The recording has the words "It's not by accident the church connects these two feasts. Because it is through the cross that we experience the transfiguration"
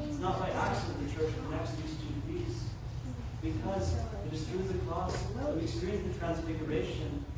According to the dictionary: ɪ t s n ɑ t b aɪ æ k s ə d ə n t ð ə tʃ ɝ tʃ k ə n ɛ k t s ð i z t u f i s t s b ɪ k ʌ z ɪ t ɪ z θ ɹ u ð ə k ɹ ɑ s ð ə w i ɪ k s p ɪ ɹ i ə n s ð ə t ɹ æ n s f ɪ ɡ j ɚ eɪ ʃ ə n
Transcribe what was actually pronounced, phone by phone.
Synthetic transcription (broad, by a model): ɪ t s n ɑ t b aɪ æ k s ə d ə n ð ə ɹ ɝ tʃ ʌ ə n ɛ k s ð i z t u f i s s b ɪ k ʌ z ɪ t ɪ z θ ɹ u ð ə k l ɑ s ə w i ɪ k s p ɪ ɹ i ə n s ð ə t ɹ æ n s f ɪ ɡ j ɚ eɪ ʃ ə n